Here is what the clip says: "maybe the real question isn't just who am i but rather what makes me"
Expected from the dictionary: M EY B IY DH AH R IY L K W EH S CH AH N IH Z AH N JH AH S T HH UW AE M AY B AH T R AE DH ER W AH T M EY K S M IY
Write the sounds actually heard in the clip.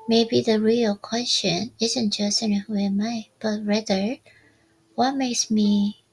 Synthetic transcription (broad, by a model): M EY B IY DH AH R IY L K W EH S CH AH N IH Z AH N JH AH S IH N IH M AY B AH T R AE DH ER W AH T M EY K S M IY